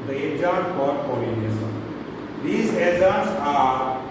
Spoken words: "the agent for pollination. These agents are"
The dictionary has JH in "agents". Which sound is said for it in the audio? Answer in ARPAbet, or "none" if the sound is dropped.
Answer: Z